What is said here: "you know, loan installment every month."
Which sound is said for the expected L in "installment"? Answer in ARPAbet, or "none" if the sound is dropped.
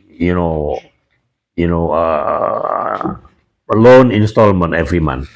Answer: L